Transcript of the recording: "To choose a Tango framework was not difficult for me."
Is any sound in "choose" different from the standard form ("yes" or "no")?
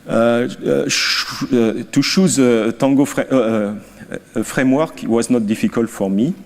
yes